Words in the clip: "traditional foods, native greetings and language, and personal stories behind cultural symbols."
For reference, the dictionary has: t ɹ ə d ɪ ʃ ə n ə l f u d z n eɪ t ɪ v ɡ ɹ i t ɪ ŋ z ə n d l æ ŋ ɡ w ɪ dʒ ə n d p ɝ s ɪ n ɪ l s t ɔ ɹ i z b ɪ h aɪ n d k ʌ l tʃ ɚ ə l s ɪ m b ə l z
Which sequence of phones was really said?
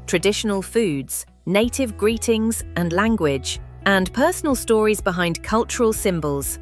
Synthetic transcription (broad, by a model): t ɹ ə d ɪ ʃ ə n ə l f u d z n eɪ t ɪ v ɡ ɹ i t ɪ ŋ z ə n l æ ŋ ɡ w ɪ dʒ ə n p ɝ s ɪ n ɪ l s t ɔ ɹ i z b ɪ h aɪ n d k ʌ l tʃ ɚ ə l s ɪ m b ə l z